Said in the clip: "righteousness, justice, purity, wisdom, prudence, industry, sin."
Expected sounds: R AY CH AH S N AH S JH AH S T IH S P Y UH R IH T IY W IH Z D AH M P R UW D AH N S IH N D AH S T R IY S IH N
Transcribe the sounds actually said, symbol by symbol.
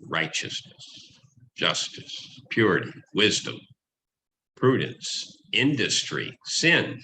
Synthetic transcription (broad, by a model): R AY CH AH S N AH S JH AH S T IH S P Y UH R IH T IY W IH Z D AH M P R UW D N S IH N D AH S T R IY S IH N